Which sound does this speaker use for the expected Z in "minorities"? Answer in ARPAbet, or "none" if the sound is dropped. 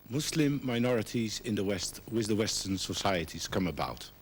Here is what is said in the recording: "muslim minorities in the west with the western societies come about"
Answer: Z